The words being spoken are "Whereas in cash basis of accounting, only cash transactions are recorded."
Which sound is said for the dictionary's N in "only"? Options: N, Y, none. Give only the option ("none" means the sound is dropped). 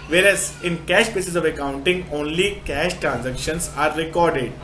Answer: N